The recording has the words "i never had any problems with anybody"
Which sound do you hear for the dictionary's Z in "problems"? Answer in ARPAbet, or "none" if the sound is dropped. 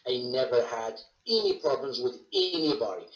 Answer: Z